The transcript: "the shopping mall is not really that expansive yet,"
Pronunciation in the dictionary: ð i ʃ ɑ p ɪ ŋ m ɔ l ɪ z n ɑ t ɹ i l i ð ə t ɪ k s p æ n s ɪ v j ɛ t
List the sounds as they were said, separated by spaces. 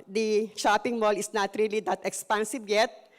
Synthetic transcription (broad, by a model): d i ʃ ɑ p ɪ ŋ m ɔ l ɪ s n ɑ t ɹ i l i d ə t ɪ k s p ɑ n s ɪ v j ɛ t